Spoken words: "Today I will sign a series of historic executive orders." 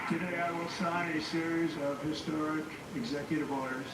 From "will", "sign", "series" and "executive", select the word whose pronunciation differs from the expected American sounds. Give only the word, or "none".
none